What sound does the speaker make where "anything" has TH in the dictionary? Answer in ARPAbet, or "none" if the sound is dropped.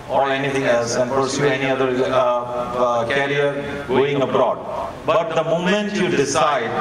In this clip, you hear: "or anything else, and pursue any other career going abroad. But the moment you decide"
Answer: T